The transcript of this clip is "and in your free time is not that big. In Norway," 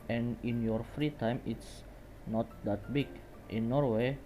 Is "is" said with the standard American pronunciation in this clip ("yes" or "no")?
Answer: no